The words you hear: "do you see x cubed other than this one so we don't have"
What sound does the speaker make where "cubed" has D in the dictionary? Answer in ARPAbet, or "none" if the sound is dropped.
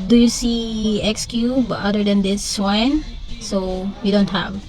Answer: none